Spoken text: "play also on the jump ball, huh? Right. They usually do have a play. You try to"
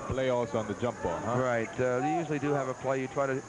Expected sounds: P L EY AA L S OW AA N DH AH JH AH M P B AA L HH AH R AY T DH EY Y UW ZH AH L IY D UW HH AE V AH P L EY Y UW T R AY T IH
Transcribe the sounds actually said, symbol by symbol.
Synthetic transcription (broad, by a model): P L EY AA S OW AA N DH AH JH AH M P B AA L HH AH R AY T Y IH Y UW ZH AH L IY D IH V AH P L EY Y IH T R AY T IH